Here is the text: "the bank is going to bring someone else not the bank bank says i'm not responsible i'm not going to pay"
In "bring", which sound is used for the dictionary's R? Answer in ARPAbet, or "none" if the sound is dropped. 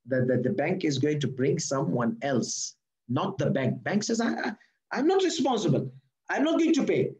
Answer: R